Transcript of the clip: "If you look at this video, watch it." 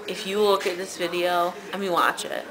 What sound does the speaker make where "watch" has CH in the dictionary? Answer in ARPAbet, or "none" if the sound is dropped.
CH